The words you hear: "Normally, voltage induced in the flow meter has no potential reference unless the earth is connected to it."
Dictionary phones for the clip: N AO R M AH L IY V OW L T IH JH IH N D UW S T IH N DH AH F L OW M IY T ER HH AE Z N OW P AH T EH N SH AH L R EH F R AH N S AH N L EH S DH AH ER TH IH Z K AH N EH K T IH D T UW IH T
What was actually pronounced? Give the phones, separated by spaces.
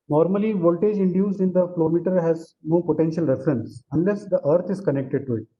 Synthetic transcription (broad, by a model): N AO R M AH L IY V OW L T IH JH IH N D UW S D IH N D AH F L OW M IY T ER HH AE Z N OW P AH T EH N SH AH L R EH F R AH N S AH N L EH S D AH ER T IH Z K AH N EH K T IH D T UW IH T